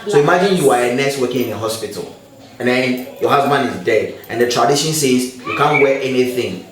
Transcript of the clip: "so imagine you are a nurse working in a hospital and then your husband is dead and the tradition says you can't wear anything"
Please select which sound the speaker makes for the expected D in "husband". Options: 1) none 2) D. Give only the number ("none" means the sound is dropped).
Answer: 1